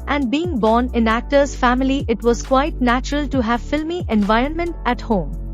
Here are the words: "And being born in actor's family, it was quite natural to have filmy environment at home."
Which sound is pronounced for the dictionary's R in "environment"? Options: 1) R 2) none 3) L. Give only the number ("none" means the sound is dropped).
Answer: 1